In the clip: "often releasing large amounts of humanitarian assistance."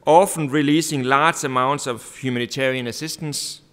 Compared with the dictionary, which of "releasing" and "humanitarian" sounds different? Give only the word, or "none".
humanitarian